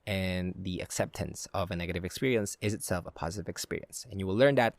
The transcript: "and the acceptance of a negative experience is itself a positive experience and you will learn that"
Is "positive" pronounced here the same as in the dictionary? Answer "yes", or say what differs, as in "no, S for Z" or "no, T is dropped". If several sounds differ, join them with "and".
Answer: yes